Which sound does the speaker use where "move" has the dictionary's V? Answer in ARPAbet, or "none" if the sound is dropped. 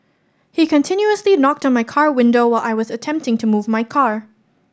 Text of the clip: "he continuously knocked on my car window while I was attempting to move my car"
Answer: V